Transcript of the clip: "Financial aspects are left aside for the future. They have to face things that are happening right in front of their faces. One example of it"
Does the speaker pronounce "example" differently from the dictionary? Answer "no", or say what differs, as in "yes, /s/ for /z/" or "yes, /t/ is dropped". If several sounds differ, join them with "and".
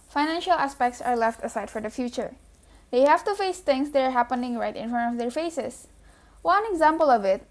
no